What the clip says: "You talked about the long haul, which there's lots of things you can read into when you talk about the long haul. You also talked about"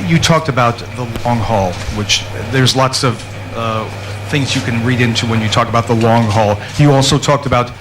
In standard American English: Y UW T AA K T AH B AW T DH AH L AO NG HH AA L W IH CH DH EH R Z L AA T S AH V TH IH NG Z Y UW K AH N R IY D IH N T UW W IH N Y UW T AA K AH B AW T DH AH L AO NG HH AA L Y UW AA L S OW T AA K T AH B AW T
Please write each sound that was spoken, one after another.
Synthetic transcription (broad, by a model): Y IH T AA K T AH B AW T DH AH L AO NG HH AA L W IH CH DH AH R Z L AA T S AH V TH IH NG Z Y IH K AH N R IY D IH N T UW W IH N Y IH T AA K AH B AW T DH AH L AO NG HH AA L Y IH AA L S OW T AA K T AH B AW T